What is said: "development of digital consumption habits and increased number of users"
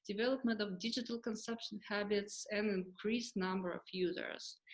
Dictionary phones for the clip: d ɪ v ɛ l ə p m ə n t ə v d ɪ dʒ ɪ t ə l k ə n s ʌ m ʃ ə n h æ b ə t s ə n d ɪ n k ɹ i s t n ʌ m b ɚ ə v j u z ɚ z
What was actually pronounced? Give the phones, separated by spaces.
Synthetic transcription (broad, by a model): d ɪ v ɛ l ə p m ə n t ə v d ɪ dʒ ɪ t ə l k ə n s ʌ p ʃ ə n h æ b ə t s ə n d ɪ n k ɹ i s n ʌ m b ɚ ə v j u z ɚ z